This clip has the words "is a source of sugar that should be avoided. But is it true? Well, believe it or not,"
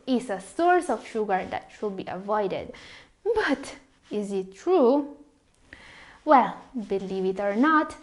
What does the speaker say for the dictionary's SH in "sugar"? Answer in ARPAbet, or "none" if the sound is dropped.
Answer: SH